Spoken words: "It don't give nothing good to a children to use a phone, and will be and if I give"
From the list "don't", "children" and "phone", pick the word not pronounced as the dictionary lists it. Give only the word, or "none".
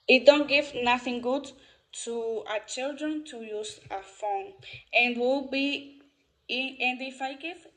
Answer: none